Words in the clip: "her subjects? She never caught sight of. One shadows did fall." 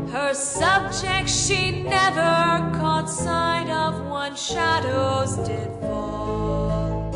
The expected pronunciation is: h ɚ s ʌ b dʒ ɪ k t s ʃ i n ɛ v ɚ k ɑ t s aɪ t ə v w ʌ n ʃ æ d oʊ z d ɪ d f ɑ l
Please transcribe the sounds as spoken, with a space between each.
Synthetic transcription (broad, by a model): h ɚ s ʌ b dʒ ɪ k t ʃ i n ɛ v ɚ k ɑ t s aɪ t ə v w ʌ n ʃ æ d oʊ z d ɪ d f ɑ l